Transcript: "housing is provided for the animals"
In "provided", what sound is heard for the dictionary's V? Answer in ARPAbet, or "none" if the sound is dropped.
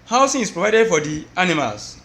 V